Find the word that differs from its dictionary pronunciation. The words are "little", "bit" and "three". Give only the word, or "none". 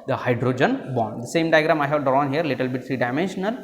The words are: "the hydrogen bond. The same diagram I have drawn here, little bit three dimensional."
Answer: three